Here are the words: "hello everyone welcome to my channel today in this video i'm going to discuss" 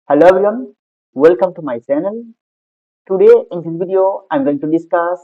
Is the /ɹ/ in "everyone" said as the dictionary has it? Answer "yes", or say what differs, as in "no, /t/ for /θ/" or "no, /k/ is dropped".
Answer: no, /ɹ/ is dropped